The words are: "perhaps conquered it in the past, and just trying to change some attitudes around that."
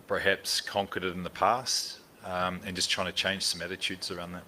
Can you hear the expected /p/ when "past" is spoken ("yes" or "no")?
yes